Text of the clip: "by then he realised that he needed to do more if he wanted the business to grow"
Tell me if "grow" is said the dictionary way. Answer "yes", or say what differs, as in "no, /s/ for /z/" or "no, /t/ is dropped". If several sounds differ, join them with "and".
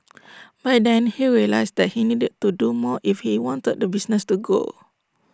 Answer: no, /ɹ/ is dropped